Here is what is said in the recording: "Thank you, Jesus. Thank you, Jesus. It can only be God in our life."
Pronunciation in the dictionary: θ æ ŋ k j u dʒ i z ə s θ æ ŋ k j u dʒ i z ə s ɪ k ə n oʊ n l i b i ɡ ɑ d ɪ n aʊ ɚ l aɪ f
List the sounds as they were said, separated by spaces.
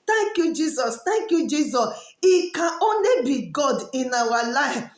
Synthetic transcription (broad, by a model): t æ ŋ k j u dʒ i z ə s t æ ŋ k j u dʒ i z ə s ɪ k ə oʊ n l i b i ɡ ɑ d ɪ n aʊ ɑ l aɪ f